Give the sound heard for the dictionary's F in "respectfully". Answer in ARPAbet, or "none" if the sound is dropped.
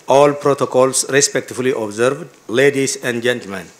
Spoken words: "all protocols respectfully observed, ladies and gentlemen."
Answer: none